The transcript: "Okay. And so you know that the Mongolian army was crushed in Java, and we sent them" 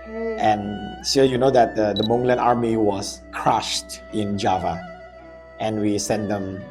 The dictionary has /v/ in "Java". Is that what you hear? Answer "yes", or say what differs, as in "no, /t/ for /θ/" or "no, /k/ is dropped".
yes